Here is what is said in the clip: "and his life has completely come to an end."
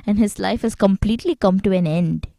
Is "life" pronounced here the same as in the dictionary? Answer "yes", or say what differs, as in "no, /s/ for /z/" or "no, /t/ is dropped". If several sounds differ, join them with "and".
yes